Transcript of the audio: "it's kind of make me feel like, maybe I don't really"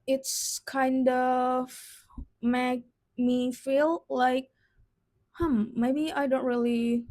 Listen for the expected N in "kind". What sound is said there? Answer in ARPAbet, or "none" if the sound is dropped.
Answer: N